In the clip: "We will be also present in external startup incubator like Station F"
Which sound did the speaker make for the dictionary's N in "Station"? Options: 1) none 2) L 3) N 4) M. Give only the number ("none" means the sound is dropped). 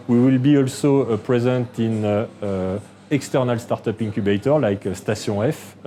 1